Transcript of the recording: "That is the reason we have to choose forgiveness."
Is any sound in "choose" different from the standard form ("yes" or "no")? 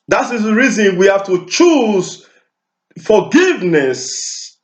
no